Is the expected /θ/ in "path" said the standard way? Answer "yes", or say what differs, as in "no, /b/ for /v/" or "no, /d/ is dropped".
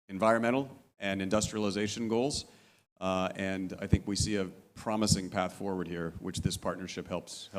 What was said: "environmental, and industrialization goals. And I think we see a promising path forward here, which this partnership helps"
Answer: yes